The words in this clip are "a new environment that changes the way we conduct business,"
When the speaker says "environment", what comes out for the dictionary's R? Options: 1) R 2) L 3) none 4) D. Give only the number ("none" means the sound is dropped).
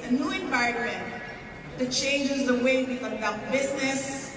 3